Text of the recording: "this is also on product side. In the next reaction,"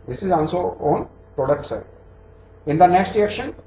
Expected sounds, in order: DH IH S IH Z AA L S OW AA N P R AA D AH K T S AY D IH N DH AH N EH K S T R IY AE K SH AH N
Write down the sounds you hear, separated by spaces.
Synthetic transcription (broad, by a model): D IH S IH Z AA L S OW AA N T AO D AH T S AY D IH N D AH N EH K S T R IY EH K SH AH N